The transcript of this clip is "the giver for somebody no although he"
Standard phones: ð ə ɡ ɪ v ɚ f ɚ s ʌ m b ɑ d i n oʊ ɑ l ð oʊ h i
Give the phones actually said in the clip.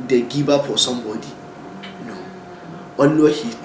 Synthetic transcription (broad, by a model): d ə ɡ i b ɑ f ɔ s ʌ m b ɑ d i n oʊ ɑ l oʊ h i